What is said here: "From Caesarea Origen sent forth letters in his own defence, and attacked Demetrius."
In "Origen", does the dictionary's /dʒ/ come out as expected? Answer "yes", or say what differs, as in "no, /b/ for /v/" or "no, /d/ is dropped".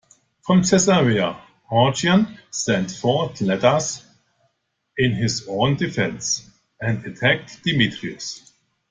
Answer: no, /dʒ/ is dropped